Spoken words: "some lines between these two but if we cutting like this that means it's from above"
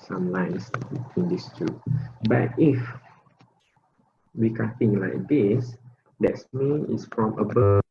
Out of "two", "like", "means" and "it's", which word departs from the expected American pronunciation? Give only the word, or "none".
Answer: means